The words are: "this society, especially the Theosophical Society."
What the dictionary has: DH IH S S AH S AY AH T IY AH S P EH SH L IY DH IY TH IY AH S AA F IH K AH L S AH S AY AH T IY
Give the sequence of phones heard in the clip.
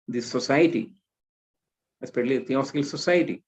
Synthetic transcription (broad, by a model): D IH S S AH S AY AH T IY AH S P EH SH IY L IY T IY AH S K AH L S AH S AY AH T IY